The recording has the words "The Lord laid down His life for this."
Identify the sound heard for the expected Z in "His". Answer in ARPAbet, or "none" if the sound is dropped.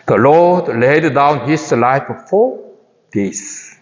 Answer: S